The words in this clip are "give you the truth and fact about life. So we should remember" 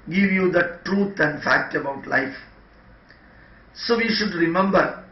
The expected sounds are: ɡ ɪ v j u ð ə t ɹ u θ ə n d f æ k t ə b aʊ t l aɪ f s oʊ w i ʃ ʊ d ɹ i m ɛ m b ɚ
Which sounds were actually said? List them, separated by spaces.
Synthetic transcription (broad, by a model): ɡ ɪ v j u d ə t ɹ u t ə n d f æ k t ə b aʊ t l aɪ f s oʊ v i ʃ ʊ d ɹ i m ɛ m b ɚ